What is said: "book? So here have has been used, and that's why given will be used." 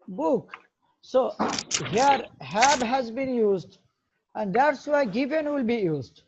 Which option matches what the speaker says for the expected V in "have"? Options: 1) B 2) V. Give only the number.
1